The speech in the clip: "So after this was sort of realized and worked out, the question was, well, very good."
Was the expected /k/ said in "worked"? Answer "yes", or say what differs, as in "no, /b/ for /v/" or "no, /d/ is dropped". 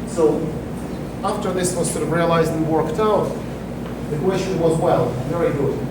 yes